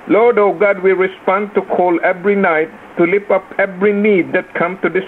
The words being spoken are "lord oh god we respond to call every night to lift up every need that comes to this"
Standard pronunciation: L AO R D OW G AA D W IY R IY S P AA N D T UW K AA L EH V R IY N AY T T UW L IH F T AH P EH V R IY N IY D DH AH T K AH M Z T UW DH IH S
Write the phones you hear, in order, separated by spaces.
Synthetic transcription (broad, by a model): L AO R D OW G AA D W IY R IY S P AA N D T UW K AA L EH V R IY N AY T T UW L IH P AH P EH V R IY N IY D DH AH T K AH M T UW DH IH S